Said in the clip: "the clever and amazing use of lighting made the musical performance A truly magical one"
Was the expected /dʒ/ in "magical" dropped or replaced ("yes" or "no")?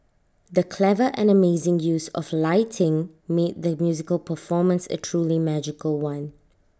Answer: no